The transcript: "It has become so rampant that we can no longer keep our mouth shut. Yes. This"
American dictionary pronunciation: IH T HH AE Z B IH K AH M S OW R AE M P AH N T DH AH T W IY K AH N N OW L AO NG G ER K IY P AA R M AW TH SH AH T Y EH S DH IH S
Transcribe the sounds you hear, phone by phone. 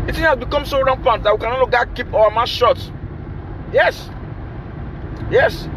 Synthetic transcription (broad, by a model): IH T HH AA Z B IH K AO M S OW R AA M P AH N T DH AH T W IY K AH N N OW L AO G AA K IY P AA W M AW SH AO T Y EH S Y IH S